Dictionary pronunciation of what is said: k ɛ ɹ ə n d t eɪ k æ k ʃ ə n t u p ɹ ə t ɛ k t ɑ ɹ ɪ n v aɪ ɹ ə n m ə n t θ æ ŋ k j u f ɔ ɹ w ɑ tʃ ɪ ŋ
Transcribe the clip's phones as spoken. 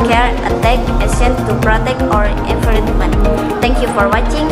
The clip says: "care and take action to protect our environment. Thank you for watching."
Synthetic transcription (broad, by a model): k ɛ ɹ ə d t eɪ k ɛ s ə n t u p ɹ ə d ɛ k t ɑ ɹ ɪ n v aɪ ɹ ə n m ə n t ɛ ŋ k j u f ɔ ɹ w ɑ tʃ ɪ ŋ